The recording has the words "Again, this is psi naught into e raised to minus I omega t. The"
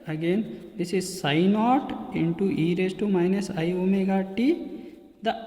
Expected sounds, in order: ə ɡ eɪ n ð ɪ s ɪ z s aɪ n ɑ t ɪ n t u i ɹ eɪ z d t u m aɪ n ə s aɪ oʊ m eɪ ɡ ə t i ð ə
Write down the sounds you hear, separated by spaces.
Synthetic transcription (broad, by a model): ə ɡ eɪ n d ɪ s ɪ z s aɪ n ɑ t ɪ n t u i ɹ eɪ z t u m aɪ n ə s aɪ oʊ m eɪ ɡ ə t i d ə